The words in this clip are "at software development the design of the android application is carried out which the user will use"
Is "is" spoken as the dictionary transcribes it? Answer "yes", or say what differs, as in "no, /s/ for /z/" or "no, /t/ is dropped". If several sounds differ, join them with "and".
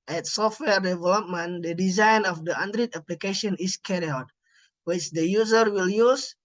no, /s/ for /z/